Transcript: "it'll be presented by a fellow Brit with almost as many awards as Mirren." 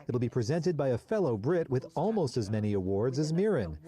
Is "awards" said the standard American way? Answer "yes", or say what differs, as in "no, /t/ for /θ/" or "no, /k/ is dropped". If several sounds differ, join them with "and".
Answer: yes